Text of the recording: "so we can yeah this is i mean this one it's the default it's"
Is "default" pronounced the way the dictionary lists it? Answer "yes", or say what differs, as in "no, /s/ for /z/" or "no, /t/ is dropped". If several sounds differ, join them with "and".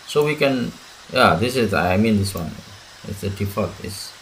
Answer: no, /l/ is dropped